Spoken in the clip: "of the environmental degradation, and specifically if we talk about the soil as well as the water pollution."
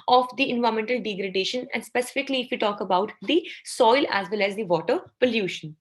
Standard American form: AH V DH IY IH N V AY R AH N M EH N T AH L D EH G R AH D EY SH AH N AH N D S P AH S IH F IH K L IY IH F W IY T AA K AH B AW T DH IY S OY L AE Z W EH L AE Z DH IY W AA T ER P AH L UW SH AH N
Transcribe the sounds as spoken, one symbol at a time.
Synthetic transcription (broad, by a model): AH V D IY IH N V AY AH M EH N T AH L D EH G R AH D EY SH AH N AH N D S P AH S IH F IH K L IY IH F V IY T AA K AH B AW T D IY S OY L AE Z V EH L AE Z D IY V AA T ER P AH L UW SH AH N